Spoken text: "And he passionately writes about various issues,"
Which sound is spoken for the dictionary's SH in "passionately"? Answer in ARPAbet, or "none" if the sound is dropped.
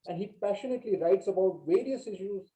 SH